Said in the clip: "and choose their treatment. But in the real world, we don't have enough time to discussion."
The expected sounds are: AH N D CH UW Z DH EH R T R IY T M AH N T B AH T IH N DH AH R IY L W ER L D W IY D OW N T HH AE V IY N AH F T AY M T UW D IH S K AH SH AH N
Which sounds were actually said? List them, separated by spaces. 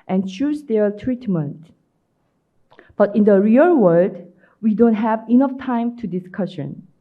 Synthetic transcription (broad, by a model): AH N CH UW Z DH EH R T R IY T M AH N T B AH T IH N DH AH R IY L W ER D W IY D OW N T HH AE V IY N AH F T AY M T UW D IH S K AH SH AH N